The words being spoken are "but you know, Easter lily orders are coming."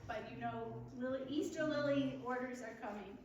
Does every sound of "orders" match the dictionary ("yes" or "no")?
yes